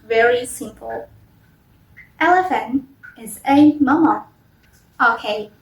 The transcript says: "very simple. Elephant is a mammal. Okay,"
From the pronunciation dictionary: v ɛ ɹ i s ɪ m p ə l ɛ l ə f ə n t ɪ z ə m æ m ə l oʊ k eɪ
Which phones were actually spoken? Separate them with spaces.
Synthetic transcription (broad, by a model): v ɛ ɹ i s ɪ m p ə l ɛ l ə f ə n ɪ z ə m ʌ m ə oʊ k eɪ